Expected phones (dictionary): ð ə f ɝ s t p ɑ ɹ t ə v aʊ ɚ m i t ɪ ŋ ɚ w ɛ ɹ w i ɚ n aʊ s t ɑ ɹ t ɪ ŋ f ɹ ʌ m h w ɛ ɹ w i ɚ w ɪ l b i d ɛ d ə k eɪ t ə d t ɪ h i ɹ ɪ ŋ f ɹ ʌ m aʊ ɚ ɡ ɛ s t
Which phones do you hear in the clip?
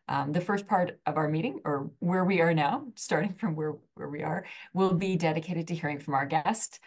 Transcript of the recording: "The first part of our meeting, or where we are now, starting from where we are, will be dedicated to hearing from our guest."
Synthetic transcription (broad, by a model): ð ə f ɝ s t p ɑ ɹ t ə v aʊ ɚ m i t ɪ ŋ ɚ w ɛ ɹ w i ɚ n aʊ s t ɑ ɹ t ɪ ŋ f ɹ ʌ m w w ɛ ɹ w i ɚ w ɪ l b i d ɛ d ə k eɪ t ə d t ɪ h i ɹ ɪ ŋ f ɹ ʌ m aʊ ɚ ɡ ɛ s t